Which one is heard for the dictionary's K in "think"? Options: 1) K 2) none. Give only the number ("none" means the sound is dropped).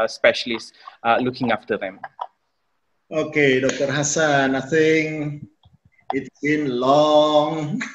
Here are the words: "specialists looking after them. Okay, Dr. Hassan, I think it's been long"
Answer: 2